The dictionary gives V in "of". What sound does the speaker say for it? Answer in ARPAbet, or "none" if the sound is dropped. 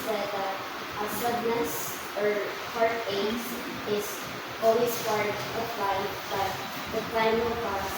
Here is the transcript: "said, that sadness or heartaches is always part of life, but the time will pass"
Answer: P